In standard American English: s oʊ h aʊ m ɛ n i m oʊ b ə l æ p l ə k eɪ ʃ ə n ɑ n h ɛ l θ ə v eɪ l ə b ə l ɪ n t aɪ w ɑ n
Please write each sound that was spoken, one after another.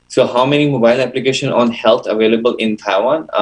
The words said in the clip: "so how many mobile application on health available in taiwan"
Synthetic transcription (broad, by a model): s oʊ h aʊ m ɛ n i m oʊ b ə l æ p l ə k eɪ ʃ ə n ɑ n h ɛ l t ə v eɪ l ə b ə l ɪ n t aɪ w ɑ n